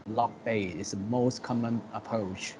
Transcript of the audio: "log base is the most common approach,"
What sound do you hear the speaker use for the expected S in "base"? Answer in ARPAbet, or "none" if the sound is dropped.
none